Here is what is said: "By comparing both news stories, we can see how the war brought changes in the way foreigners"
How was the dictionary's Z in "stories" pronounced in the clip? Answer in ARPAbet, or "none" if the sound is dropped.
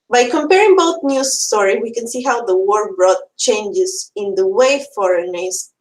none